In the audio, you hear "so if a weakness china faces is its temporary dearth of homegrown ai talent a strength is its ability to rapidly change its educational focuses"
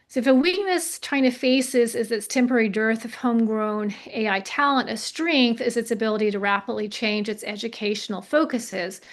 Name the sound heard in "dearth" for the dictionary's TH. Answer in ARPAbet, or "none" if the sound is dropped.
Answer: TH